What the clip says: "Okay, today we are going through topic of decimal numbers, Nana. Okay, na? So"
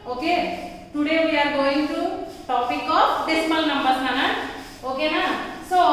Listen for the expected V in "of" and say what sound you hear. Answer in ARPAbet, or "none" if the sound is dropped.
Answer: P